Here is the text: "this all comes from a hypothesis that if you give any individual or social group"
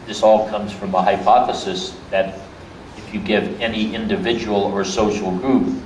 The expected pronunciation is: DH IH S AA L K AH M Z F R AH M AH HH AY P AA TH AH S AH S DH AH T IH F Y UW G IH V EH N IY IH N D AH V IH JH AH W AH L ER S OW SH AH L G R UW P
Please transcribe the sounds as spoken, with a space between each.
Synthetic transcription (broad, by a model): DH IH S AA L K AH M Z F R AH M AH HH AY P AA TH AH S AH S DH AH T IH F Y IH G IH V EH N IY IH N D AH V IH JH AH W L ER S OW SH L G R UW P